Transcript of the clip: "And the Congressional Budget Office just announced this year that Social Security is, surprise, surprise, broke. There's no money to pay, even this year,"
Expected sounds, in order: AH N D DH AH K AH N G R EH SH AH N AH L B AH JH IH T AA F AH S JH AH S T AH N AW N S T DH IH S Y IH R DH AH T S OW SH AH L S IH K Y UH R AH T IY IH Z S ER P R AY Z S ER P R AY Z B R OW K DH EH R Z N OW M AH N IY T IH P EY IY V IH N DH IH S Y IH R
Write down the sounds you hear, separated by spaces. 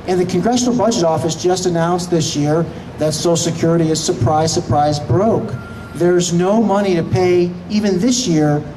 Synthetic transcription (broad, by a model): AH N DH AH K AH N G R EH SH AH N L B AH JH IH T AA F AH S JH AH S T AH N AW N S DH IH S Y IH R DH AH T S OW AH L S IH K Y UH R AH T IY IH Z S ER P R AY Z S ER P R AY Z B R OW K DH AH R Z N OW M AH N IY T IH P EY IY V IH N DH IH S Y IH R